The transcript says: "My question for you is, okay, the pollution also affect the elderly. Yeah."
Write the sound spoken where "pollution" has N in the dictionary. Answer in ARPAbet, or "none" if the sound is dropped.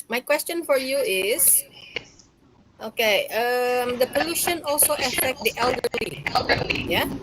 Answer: N